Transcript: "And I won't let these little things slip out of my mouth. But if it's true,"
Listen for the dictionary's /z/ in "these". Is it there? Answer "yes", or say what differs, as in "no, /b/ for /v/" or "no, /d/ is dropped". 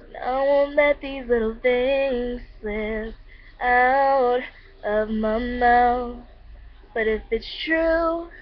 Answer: yes